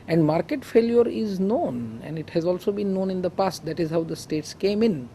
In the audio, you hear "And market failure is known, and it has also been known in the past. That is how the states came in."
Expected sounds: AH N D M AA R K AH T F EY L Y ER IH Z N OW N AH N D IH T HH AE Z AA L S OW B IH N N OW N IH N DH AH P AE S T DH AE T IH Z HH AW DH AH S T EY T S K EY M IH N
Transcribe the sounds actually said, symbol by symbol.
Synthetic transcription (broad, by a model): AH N D M AA R K AH T F EY L Y ER IH Z N OW N AH N D IH T HH AE Z AA L S OW B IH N N OW N IH N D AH P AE S T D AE T IH Z HH AW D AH S T EY T S K EY M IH N